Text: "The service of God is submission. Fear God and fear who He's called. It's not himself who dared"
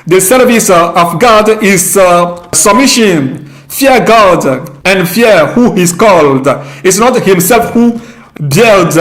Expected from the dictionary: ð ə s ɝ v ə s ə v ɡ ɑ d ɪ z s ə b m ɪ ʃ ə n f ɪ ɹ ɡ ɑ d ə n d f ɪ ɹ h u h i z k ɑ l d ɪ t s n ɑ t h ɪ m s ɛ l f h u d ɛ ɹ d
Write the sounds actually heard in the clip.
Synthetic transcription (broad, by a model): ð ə s ɝ v ə s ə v ɡ ɑ d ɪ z s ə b m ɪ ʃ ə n f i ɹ ɡ ɑ d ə n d f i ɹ h u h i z k ɑ l d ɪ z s n ɑ t h ɪ m s ɛ l f h u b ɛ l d